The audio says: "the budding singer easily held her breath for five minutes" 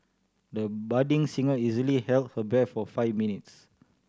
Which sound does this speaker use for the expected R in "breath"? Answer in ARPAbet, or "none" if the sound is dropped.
none